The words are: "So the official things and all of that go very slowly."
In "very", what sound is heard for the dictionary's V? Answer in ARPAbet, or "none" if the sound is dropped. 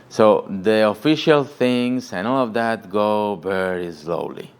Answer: B